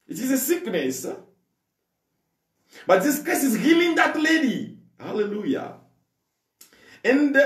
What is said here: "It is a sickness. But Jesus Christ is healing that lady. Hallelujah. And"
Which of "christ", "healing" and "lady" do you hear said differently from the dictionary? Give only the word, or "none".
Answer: christ